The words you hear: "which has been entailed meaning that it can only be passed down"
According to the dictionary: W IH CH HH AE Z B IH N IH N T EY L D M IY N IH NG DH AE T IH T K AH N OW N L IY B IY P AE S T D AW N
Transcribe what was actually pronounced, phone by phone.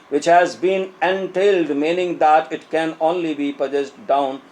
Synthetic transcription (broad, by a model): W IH CH HH AE Z B IH N IH N T EY L D M IY N IH NG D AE T IH T K AH N OW N L IY B IY P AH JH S D AW N